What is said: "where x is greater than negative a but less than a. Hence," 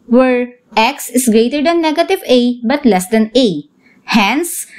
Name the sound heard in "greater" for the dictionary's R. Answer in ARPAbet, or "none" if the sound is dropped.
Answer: R